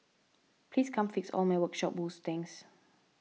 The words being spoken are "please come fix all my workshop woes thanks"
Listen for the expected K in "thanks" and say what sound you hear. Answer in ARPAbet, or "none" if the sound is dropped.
none